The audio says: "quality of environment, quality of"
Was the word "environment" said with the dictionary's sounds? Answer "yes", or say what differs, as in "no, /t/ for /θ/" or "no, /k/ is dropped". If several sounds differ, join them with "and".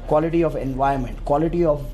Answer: no, /ɹ/ is dropped